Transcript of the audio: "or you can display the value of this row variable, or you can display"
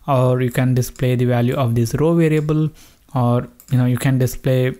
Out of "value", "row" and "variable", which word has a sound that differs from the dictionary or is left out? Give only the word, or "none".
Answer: none